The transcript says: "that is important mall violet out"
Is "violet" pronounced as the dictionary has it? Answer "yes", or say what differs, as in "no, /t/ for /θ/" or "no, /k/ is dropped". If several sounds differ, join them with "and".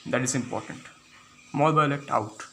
no, /b/ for /v/